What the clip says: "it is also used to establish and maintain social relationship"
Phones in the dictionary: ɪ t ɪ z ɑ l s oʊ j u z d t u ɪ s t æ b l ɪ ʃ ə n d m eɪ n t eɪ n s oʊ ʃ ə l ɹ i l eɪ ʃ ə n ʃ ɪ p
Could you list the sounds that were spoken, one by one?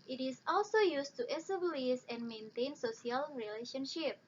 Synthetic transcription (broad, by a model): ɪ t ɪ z ɑ l s oʊ j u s t u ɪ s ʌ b l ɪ s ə n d m eɪ n t eɪ n s oʊ s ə l ɹ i l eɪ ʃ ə n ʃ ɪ p